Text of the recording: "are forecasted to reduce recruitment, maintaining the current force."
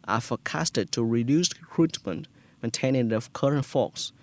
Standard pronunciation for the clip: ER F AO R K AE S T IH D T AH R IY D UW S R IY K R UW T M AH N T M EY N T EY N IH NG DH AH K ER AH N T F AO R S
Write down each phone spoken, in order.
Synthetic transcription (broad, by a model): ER F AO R K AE S T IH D T AH R IY D UW S K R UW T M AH N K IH N T EY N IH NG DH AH K ER AH N T F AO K S